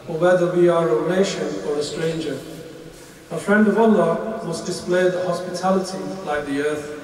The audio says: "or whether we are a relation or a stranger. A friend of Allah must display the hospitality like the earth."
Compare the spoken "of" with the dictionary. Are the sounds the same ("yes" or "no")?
yes